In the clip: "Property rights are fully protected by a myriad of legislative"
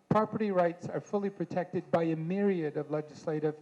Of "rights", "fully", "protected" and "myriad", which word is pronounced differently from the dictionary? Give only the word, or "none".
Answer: none